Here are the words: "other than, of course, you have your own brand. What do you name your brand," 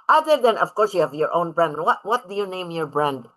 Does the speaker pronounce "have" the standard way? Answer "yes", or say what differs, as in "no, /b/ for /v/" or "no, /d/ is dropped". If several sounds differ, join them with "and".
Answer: yes